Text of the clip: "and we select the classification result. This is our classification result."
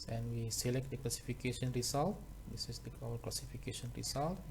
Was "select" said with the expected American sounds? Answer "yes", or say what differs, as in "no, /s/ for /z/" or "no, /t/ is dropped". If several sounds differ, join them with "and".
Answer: yes